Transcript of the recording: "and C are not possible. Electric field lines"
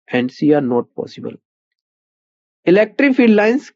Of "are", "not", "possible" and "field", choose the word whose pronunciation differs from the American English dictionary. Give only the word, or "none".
field